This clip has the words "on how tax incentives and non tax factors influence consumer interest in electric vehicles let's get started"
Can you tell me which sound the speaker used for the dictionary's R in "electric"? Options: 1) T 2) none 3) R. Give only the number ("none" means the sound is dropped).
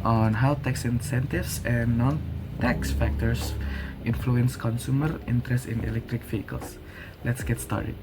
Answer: 3